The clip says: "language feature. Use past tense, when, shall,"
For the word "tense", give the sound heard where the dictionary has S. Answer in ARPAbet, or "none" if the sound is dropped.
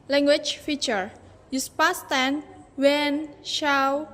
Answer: none